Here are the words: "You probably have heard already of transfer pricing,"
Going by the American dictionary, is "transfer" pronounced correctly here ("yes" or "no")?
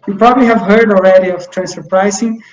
no